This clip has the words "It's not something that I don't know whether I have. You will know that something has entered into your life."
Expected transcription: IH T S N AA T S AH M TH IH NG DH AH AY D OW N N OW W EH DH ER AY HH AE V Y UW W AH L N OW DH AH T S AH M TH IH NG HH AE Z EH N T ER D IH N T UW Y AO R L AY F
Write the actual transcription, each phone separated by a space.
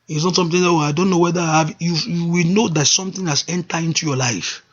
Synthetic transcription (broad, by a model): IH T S N AA T S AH M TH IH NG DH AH AY D OW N N OW W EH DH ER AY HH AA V Y UW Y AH W N OW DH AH T S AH M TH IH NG HH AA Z EH N T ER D IH N T UW Y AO L AY F